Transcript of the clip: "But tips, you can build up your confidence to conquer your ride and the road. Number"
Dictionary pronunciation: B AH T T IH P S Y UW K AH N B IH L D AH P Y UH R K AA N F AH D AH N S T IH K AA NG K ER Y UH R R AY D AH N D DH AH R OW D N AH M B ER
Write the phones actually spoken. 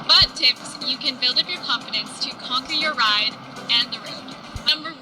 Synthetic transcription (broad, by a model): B AH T T IH P S Y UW K AH N B IH L D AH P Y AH R K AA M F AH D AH N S T IH K AA NG K ER Y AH R R AY D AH N DH AH R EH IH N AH M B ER